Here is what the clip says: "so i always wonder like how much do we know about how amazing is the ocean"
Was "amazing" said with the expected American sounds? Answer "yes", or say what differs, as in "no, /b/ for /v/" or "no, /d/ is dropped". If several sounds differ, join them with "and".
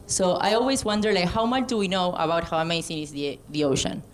no, /s/ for /z/